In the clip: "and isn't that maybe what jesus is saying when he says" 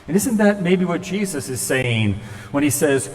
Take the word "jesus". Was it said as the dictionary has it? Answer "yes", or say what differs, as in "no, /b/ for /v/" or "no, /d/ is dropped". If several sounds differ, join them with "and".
yes